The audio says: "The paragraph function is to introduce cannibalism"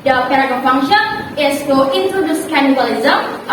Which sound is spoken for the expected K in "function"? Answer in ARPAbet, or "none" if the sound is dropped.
none